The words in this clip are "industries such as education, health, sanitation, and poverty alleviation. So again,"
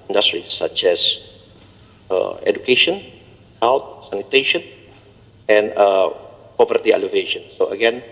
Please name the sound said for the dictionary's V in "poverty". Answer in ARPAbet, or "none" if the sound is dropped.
P